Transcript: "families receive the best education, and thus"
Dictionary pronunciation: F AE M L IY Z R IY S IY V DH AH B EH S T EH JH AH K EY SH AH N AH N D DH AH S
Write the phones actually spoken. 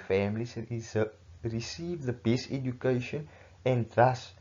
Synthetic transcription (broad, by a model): F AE M L IY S R IY S IY V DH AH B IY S EH JH AH K EY SH AH N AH N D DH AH S